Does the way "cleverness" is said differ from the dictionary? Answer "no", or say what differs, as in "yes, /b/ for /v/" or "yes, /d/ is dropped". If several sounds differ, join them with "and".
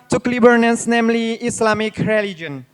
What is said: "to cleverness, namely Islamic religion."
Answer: yes, /b/ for /v/